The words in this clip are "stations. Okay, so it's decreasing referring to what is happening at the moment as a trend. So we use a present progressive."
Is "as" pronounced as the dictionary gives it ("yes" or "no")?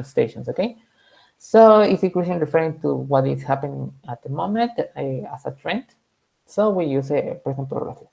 no